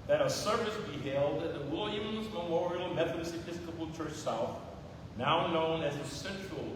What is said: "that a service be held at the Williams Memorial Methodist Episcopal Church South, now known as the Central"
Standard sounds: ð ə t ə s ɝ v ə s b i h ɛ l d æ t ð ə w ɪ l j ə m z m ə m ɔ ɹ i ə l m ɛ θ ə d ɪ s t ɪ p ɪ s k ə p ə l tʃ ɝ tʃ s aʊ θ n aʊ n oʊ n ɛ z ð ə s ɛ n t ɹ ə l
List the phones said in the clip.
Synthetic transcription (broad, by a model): ð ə t ə s ɝ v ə s b i h ɛ l d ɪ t ð ə w ɪ l j ə m z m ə m ɔ ɹ i l m ɛ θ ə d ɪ s ɪ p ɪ s k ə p l tʃ ɝ tʃ s aʊ θ n aʊ n oʊ n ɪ z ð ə s ɛ n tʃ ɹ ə l